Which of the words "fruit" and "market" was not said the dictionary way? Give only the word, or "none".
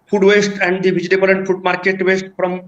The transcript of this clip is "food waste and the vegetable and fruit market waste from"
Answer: fruit